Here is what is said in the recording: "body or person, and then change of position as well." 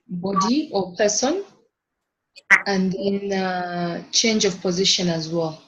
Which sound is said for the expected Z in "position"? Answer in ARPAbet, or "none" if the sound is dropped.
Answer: Z